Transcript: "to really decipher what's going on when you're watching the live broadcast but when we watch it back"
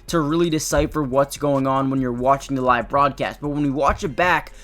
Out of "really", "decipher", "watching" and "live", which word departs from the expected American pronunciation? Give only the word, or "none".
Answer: none